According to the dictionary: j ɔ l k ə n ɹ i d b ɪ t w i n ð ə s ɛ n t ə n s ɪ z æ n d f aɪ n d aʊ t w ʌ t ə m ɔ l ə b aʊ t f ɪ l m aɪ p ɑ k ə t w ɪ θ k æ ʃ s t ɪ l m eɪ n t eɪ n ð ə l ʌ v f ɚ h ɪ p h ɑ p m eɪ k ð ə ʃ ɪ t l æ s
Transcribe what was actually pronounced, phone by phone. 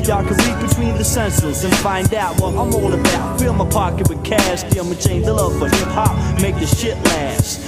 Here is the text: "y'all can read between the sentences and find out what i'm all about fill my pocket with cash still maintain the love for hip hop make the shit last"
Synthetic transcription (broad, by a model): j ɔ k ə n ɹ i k b ɪ t w i n ð ə s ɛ n s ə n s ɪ n f aɪ n d aʊ t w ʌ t ə m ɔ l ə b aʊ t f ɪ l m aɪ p ɑ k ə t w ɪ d k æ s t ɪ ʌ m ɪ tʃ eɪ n ð ə l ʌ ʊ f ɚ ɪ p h ɑ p m eɪ k ð ə ʃ ɪ t l æ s